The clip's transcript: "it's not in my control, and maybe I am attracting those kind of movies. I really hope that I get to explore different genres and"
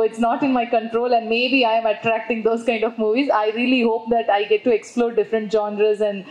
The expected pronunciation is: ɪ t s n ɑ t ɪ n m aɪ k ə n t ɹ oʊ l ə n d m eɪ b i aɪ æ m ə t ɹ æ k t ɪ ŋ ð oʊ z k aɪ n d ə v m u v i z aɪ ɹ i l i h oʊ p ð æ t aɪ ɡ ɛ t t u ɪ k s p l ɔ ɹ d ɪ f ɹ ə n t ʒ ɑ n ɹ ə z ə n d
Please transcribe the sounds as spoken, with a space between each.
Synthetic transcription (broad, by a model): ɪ t s n ɑ t ɪ n m aɪ k ə n t ɹ oʊ l ə n d m eɪ b i aɪ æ m ə t ɹ æ k t ɪ ŋ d oʊ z k aɪ n d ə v m u v i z aɪ ɹ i l i h oʊ p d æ t aɪ ɡ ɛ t t u ɪ k s p l ɔ ɹ d ɪ f ɹ ə n t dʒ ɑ n ɹ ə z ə n d